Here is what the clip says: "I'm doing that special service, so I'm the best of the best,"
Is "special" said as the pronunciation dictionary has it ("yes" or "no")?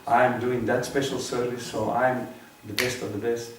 yes